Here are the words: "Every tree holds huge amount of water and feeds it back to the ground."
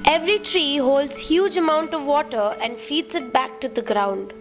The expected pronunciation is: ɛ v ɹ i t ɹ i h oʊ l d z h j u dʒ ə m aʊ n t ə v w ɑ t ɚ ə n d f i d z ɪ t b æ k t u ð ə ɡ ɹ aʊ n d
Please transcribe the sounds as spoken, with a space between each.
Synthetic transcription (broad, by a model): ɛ v ɹ i t ɹ i h oʊ l d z h j u dʒ ə m aʊ n t ə v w ɑ t ɚ ə n d f i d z ɪ t b æ k t u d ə ɡ ɹ aʊ n d